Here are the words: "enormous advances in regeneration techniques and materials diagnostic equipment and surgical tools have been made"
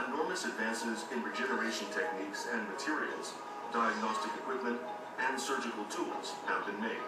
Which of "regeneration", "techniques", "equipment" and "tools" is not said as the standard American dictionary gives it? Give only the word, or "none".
none